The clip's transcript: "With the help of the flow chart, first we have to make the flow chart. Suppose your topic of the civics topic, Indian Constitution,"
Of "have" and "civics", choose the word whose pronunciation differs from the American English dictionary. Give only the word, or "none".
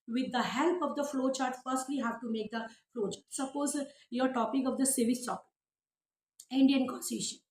civics